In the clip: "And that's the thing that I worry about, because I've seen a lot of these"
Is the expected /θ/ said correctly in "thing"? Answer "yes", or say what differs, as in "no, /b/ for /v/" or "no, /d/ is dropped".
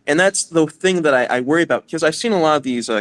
yes